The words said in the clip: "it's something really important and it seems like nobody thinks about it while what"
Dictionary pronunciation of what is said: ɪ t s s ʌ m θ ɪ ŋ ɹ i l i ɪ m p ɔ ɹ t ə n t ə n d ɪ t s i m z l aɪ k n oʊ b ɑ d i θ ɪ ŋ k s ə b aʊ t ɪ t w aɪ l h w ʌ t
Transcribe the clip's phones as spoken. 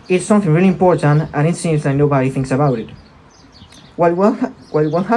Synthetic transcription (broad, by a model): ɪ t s s ʌ m θ ɪ ŋ ɹ i l i ɪ m p ɔ ɹ t ə n t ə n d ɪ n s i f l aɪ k n oʊ b ɑ d i θ ɪ ŋ k s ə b aʊ t ɪ t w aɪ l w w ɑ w